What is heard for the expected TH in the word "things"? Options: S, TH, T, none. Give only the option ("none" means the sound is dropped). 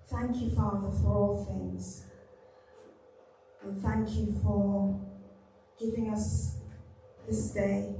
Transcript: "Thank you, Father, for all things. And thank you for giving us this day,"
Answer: TH